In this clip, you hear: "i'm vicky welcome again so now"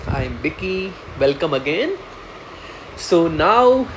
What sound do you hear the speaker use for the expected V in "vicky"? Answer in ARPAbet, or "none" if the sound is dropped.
B